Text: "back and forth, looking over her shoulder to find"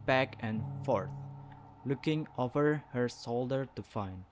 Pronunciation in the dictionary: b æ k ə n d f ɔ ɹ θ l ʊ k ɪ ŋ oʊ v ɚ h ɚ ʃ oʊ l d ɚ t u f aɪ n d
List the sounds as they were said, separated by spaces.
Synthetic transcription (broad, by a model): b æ k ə n f ɔ ɹ θ l ʊ k ɪ ŋ oʊ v ɚ h ɚ s oʊ l d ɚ t u f aɪ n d